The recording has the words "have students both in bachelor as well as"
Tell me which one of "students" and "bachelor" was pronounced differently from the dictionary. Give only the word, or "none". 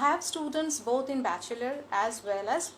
none